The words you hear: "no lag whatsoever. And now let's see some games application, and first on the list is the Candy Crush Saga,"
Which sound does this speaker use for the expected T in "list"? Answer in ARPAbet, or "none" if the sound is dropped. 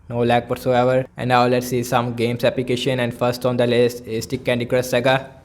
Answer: none